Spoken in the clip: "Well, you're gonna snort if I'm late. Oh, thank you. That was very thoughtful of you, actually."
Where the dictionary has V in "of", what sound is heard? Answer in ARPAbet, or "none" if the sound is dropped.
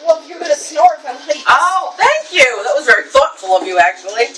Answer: V